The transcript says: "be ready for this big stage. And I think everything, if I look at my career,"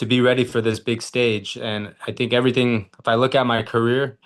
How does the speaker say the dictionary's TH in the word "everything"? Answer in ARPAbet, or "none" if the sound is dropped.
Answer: TH